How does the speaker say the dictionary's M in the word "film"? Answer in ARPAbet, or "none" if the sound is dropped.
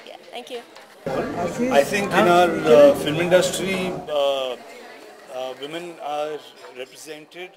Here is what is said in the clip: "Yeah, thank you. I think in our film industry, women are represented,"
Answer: M